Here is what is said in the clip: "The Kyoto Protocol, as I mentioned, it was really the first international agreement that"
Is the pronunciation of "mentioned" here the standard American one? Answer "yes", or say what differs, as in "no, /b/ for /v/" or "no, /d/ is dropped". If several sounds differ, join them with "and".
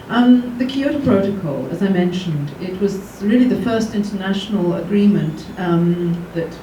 yes